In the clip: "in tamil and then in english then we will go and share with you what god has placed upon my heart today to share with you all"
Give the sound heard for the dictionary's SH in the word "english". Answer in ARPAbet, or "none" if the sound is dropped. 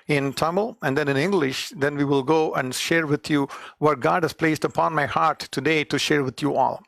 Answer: SH